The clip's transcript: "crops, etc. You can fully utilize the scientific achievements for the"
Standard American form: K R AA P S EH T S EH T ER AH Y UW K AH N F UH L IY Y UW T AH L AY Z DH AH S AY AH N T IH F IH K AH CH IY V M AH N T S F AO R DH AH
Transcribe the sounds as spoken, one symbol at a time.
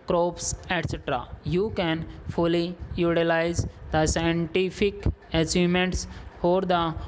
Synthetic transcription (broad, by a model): K R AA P S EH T S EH T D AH Y UW K AH N F UH L IY Y UW T AH L AY Z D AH S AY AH N T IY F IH K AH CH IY M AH N T S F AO R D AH